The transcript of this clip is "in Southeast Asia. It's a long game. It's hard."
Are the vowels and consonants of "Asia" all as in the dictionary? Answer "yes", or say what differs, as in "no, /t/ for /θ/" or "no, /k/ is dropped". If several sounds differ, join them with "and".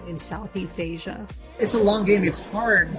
yes